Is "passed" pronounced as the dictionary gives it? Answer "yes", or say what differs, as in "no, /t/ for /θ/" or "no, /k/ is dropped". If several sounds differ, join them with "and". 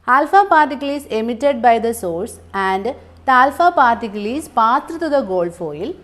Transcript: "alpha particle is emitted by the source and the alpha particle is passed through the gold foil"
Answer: no, /s/ is dropped